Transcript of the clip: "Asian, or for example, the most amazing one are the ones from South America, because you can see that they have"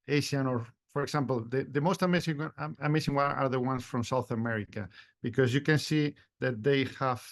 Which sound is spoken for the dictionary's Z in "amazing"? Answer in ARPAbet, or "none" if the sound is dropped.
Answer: S